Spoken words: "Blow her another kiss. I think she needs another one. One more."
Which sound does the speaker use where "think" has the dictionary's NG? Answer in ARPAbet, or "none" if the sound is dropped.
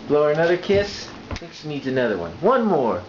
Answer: none